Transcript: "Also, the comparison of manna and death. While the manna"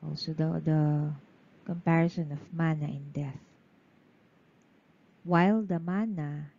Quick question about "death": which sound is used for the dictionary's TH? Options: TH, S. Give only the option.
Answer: TH